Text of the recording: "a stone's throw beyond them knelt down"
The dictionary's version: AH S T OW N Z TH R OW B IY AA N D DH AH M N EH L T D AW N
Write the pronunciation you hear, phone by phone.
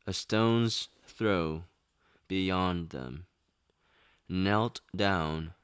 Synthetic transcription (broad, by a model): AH S T OW N Z TH R OW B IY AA N DH AH M N EH L T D AW N